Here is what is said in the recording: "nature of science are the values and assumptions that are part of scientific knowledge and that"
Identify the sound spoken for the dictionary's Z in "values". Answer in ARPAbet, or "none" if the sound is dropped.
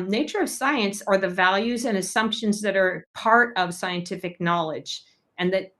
Z